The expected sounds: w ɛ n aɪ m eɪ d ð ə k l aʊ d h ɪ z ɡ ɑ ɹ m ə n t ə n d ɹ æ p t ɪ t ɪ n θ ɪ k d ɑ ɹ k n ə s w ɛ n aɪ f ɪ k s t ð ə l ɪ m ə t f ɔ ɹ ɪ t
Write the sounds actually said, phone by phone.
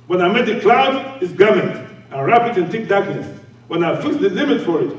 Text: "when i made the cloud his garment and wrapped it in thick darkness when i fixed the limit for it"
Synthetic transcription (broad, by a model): w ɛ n aɪ m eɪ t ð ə k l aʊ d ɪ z ɡ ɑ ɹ m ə n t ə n ɹ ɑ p ɪ t ɪ n t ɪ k d ɑ ɹ k n ə s w ɛ n aɪ f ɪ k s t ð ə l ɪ m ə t f ɔ ɹ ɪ t